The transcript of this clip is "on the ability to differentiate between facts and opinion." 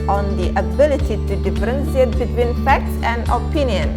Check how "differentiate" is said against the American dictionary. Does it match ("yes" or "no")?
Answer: no